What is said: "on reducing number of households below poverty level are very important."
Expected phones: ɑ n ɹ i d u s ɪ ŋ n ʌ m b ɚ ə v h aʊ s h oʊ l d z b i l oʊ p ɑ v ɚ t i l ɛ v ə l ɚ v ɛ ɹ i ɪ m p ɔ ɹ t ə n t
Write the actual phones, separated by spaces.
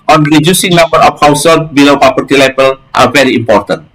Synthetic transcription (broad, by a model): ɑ n ɹ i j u s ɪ ŋ n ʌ m b ɚ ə f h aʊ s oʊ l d b i l oʊ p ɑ p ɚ t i l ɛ b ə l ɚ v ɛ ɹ i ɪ m p ɔ ɹ t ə n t